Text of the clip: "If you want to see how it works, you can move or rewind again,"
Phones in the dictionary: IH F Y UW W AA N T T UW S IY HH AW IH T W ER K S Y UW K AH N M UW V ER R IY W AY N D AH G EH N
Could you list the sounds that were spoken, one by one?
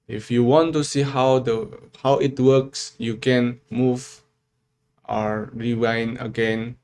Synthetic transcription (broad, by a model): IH F Y UW W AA N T T UW S IY HH AW IH T W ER K S Y UW K AH N M UW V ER R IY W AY N AH G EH N